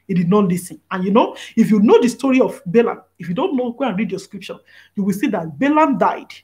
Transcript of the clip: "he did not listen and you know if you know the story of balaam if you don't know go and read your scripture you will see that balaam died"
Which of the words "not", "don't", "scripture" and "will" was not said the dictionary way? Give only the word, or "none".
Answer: scripture